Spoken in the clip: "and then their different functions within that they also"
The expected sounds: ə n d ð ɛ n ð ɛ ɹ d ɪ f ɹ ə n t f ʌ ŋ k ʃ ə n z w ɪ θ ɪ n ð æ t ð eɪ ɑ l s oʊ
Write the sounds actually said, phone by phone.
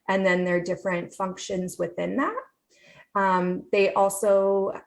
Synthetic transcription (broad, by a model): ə n ð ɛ n ð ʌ ɹ d ɪ f ɹ ə n t f ʌ ŋ k ʃ ə n z w ɪ θ ɪ n ð æ t ð eɪ ɑ l s oʊ